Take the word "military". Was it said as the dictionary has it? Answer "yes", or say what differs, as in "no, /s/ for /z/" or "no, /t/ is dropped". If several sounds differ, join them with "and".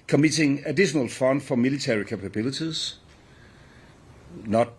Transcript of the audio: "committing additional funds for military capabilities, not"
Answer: no, /s/ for /t/